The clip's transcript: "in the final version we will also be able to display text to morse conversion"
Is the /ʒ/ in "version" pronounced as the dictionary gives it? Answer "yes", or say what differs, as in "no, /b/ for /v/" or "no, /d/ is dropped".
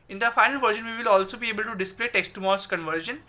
no, /ʃ/ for /ʒ/